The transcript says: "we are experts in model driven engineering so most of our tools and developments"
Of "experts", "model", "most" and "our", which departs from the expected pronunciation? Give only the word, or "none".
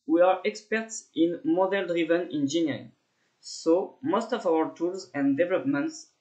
none